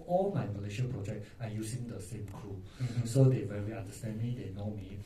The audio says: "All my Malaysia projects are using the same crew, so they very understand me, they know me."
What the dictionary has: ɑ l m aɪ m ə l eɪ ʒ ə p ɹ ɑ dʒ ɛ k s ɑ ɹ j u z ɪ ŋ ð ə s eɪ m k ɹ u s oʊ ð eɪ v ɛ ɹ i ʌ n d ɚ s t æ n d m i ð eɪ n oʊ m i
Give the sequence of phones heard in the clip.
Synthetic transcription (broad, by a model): ɑ l m aɪ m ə l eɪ ʃ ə p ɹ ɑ dʒ ɛ k ɑ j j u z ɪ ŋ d ə s eɪ m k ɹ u s oʊ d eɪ v ɛ ɹ i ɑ n d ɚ s t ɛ n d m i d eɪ n oʊ m i